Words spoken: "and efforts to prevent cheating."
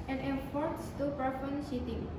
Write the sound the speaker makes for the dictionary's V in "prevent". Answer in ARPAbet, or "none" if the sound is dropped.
F